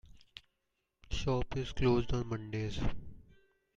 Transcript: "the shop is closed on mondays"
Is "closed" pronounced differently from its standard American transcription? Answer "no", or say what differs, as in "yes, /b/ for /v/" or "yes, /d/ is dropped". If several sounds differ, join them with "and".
no